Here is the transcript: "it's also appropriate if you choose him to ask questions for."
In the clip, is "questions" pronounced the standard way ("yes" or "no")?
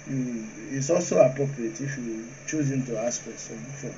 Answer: no